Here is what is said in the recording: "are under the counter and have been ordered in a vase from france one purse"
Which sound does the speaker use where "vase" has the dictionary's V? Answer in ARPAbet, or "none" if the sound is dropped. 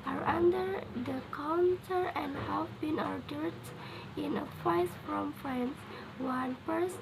F